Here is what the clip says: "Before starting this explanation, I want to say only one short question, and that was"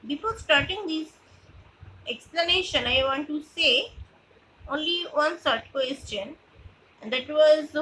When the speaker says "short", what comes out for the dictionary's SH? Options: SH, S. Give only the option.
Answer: S